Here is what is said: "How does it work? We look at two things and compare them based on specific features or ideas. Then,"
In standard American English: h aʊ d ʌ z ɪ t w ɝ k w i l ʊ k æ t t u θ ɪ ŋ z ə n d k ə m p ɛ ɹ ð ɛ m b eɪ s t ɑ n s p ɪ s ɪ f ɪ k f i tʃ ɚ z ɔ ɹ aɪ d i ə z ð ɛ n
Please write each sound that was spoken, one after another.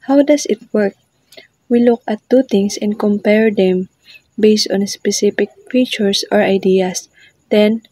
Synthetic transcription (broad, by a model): h aʊ d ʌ s ɪ t w ɝ k w i l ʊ k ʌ t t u t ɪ ŋ s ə n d k ə m p ɛ ɹ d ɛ m b eɪ s t ɑ n s p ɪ s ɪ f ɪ k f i tʃ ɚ s ɔ ɹ aɪ d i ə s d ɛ n